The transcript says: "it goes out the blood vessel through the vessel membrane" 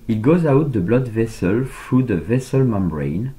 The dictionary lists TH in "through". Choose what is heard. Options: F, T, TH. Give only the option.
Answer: F